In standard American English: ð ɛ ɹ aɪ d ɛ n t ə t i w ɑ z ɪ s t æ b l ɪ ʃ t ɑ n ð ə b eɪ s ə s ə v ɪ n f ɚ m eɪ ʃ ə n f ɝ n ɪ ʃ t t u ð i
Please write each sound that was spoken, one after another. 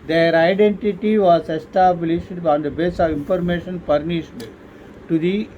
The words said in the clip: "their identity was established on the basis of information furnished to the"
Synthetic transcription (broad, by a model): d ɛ ɹ aɪ d ɛ n t ə t i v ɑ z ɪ s t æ b l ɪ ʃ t ɑ n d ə b eɪ s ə v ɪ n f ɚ m eɪ ʃ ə n p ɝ n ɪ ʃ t t u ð i